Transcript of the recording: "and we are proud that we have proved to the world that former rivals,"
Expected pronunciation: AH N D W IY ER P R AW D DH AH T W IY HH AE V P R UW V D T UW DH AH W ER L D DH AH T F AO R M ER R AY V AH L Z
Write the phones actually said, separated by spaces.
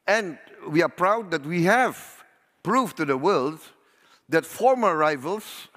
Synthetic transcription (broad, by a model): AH N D W IY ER P R AW D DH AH T W IY HH AE V P R UW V T UW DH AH W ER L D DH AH T F AO R M ER R AY V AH L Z